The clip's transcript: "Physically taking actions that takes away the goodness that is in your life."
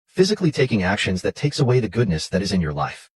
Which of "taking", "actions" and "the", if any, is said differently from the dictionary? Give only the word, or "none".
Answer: none